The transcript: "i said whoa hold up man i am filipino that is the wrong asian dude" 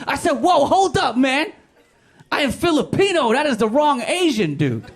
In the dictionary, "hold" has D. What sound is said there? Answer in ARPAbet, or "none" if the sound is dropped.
D